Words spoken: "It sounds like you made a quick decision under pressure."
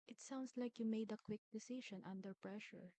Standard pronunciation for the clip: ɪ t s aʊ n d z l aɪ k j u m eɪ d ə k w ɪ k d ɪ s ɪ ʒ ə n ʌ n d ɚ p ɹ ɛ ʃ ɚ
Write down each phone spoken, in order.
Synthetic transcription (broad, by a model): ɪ t s aʊ n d s l aɪ k j u m eɪ d ə k w ɪ k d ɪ s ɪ ʃ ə n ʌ n d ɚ p ɹ ɛ ʃ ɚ